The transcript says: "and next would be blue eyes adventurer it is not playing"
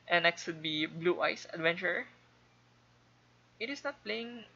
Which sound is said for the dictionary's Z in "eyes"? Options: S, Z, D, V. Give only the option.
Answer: S